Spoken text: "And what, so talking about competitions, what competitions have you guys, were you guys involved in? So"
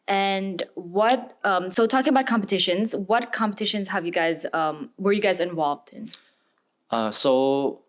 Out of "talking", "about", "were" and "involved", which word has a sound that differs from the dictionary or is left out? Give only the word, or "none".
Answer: none